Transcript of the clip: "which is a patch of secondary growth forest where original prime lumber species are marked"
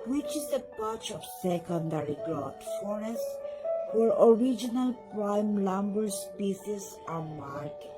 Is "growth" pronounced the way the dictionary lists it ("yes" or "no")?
no